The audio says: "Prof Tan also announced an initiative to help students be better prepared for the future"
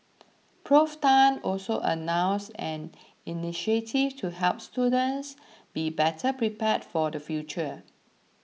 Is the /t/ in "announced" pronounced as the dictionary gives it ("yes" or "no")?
no